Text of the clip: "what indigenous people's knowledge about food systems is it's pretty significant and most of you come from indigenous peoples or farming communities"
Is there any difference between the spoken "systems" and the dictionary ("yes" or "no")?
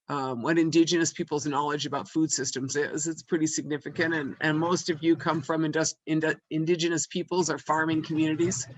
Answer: no